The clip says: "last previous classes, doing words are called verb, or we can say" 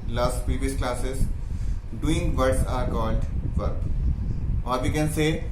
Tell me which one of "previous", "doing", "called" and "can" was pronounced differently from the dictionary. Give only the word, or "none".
called